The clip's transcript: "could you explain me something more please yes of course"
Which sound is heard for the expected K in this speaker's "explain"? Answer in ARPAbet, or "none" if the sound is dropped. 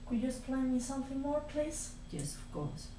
none